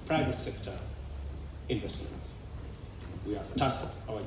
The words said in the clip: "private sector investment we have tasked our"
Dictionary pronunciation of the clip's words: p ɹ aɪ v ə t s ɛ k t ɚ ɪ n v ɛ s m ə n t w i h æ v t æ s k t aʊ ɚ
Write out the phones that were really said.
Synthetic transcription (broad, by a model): p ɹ aɪ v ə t s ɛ k t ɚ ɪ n b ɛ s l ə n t w i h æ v t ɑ s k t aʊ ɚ